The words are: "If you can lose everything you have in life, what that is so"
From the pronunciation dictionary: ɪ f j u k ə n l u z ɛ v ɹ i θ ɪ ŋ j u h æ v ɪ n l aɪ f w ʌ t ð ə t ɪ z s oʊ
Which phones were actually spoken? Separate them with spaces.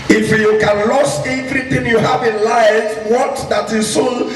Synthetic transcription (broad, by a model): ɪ f j u k ə n l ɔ s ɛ v ɹ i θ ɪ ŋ j u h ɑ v ɪ n l aɪ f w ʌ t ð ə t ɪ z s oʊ